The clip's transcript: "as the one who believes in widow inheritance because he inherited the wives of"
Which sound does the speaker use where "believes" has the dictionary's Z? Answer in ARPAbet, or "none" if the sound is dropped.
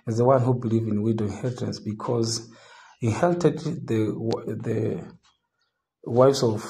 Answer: none